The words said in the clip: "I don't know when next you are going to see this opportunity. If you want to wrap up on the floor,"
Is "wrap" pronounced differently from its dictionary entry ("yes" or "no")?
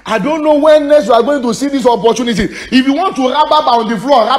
yes